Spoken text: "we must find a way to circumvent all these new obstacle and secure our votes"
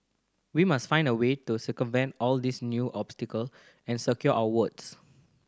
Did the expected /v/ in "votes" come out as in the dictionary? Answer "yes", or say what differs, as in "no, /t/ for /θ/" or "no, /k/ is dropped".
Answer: no, /w/ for /v/